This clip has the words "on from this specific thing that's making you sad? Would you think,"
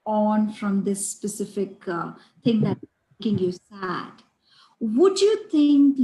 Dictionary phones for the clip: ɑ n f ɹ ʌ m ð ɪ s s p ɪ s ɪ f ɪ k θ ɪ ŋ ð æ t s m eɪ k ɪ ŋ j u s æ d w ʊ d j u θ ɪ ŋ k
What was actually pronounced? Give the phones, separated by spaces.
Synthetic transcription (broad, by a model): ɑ n f ɹ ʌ m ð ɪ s s p ɪ s ɪ f ɪ k t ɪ ŋ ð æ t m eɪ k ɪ ŋ j u s æ d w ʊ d j u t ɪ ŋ k